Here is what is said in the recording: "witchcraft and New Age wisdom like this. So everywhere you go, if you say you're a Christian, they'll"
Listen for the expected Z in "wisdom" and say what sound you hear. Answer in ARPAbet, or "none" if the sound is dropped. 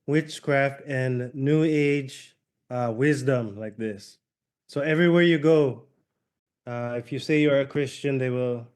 Z